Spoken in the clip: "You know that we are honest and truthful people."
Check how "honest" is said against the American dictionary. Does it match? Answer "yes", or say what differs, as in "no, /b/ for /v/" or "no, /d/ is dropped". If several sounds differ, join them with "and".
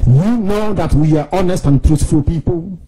yes